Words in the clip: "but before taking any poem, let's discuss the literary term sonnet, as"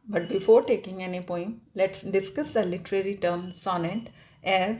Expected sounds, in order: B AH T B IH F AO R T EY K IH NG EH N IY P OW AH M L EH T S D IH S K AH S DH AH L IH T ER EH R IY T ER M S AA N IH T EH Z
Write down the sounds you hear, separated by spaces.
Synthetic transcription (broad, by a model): B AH T B IH F AO R T EY K IH NG EH N IY P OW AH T L EH T S D IH S K AH S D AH L IH T ER EH R IY T ER M S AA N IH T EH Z